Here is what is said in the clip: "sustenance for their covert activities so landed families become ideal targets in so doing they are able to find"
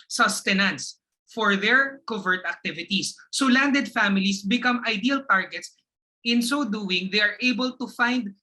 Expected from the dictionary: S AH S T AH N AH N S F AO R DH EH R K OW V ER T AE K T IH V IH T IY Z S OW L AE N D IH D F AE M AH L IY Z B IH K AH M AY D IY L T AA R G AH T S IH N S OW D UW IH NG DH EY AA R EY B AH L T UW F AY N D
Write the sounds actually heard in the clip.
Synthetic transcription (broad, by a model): S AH S T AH N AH N S F AO R DH EH R K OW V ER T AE K T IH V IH T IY S OW L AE N D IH D F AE M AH L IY S B IH K AH M AY D IY L T AA R G AH T S IH N S OW D UW IH NG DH EY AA R EY B AH L T UW F AY N D